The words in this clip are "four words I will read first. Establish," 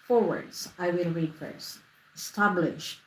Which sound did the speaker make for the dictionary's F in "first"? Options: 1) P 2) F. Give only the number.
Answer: 2